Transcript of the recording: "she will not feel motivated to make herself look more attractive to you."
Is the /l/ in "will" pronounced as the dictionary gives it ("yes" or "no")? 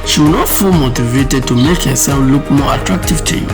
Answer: no